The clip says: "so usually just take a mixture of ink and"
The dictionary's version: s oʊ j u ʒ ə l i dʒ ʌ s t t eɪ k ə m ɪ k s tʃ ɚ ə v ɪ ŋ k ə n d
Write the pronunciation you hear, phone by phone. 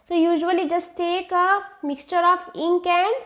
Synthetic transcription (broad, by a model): s oʊ j u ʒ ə l i dʒ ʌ s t t eɪ k ə m ɪ k s tʃ ɚ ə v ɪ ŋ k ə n